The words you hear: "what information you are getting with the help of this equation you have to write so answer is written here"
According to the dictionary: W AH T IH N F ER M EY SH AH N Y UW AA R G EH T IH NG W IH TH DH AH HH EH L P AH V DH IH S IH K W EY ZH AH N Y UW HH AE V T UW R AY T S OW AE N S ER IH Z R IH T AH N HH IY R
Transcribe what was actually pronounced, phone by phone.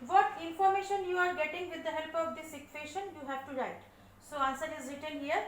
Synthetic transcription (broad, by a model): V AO T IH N F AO M EY SH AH N Y UW AA R G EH T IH NG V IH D AH HH EH L P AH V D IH S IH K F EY SH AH N Y UW HH AE V T UW R AY T S OW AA N S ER IH Z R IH T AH L HH IY R